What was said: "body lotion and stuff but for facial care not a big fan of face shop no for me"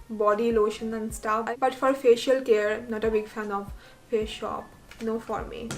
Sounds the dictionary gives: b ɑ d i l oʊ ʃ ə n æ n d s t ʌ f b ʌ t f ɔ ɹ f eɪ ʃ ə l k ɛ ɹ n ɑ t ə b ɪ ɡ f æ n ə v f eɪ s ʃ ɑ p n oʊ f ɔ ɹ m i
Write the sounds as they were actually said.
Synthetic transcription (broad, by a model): b ɑ d i l oʊ ʃ ə n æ n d s t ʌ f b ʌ t f ɔ ɹ f eɪ ʃ ə l k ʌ ɹ n ɑ t ə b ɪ ɡ f æ n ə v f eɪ ʃ ɑ p n oʊ f ɔ ɹ m i